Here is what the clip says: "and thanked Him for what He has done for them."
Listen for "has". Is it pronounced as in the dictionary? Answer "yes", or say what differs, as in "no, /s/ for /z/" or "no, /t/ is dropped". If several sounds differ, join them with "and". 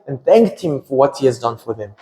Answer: yes